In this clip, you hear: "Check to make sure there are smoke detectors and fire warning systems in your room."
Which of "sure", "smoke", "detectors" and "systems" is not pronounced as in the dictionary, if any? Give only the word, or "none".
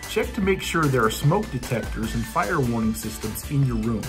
none